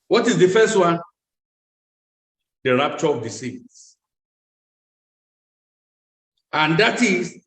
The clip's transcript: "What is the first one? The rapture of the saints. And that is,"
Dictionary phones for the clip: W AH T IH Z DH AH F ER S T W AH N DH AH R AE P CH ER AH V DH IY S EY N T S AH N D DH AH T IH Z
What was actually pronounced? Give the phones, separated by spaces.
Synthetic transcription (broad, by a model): W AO T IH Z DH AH F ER S T W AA N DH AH R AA P CH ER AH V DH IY S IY T S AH N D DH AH T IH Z